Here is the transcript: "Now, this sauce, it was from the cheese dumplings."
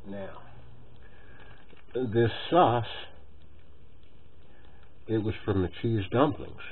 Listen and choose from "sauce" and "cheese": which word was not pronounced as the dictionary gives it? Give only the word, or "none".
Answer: none